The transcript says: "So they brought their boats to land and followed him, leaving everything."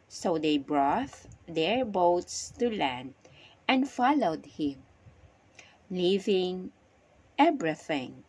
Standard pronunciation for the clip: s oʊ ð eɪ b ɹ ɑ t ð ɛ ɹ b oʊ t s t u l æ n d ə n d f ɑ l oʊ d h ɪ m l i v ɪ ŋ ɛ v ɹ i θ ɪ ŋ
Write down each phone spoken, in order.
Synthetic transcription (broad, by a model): s oʊ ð eɪ b ɹ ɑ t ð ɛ ɹ b oʊ t s t u l æ n d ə n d f ɑ l oʊ d h ɪ m l i v ɪ ŋ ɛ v ɹ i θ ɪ ŋ